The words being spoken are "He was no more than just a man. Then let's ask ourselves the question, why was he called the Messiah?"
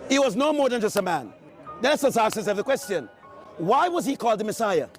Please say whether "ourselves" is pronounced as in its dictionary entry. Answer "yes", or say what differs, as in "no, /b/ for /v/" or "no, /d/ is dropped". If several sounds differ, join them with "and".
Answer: no, /l/ is dropped